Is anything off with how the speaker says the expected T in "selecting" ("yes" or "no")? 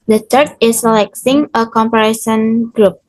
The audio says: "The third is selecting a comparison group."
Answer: yes